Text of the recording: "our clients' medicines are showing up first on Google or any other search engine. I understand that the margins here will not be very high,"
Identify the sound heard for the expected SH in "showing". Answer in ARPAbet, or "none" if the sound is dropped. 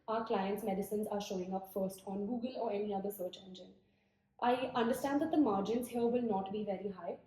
SH